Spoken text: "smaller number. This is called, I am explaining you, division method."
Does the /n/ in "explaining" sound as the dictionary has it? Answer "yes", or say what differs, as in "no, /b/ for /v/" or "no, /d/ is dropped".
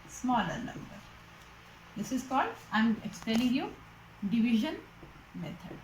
no, /l/ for /n/